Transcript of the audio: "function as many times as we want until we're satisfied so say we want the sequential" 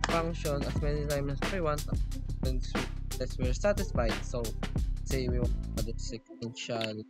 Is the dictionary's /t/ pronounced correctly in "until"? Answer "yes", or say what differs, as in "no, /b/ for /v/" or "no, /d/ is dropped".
no, /s/ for /t/